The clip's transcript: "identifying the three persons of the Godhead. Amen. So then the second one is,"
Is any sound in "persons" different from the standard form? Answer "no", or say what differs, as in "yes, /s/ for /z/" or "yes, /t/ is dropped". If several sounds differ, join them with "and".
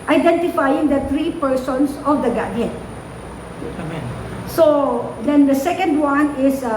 yes, /s/ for /z/